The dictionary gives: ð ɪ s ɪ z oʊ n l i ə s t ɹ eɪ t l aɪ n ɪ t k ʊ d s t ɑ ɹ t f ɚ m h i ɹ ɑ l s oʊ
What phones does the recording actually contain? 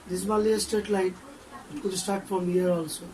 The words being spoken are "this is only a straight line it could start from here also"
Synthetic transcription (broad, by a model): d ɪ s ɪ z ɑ l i ə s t eɪ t l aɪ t ɪ t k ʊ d s t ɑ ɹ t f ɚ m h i ɹ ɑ l s oʊ